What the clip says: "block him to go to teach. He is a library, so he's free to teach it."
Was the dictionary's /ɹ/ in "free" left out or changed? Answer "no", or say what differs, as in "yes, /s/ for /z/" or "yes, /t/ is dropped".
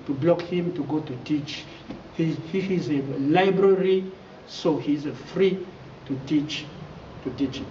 no